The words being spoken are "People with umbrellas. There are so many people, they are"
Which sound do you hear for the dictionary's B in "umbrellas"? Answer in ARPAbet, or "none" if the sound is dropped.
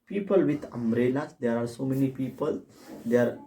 none